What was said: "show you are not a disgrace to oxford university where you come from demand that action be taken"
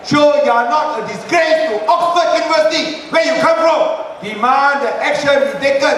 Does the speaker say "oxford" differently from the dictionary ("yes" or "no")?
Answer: yes